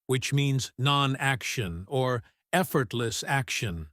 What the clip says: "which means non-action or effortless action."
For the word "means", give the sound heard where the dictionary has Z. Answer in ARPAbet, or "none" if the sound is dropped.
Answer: Z